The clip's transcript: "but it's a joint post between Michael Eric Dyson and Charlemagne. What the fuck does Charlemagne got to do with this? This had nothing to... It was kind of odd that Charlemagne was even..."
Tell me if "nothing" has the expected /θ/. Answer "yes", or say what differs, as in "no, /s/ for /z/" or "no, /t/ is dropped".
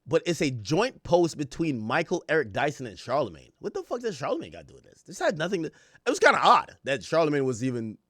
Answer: yes